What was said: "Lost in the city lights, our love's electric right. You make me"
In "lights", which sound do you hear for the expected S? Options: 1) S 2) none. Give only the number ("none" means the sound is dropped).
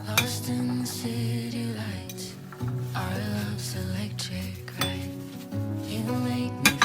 2